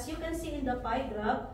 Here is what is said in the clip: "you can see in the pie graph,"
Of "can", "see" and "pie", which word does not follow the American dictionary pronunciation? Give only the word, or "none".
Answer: pie